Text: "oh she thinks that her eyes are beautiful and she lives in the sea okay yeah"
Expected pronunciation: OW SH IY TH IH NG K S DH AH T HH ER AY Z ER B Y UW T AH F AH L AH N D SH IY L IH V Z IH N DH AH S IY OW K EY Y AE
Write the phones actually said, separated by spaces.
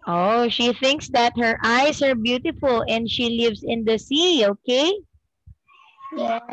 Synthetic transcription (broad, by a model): OW SH IY TH IH NG K S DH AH T HH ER AY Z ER B Y UW T AH F AH L AH N D SH IY L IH V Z IH N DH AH S IY OW K EY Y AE